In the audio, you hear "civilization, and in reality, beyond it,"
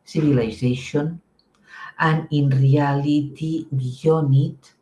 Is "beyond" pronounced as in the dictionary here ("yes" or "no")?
no